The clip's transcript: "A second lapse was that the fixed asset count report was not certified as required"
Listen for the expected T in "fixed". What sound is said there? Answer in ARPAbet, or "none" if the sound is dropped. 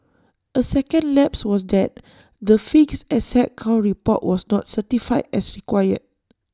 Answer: none